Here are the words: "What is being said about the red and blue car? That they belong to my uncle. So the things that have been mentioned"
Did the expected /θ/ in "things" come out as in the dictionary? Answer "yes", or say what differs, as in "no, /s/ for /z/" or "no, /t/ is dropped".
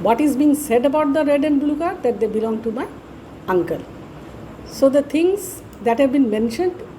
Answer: no, /t/ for /θ/